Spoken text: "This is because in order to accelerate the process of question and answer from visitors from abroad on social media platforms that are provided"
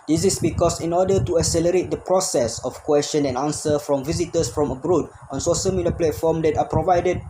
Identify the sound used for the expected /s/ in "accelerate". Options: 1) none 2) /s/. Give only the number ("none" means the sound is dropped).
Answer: 2